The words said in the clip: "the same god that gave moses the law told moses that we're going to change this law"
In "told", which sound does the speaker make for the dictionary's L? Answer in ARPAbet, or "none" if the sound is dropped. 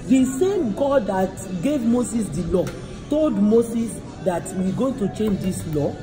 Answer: L